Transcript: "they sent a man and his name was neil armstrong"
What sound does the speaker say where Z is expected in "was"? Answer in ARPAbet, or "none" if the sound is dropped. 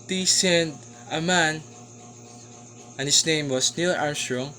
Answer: S